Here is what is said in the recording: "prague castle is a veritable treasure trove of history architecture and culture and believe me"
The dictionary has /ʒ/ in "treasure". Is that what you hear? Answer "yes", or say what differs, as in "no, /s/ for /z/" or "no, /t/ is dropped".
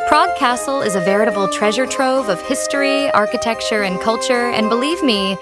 yes